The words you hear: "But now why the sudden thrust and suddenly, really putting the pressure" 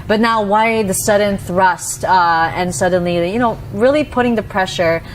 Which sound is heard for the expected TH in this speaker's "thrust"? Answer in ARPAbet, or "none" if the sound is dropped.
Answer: TH